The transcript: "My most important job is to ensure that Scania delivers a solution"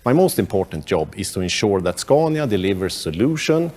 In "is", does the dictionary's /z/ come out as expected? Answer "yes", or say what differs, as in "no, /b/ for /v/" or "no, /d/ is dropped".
no, /s/ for /z/